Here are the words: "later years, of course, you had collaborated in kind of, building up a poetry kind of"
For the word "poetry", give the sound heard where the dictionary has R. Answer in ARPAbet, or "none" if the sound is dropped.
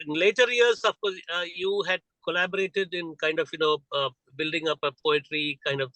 R